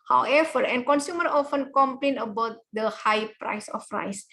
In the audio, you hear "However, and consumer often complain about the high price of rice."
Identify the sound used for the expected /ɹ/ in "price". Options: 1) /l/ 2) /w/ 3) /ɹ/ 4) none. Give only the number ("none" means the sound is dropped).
3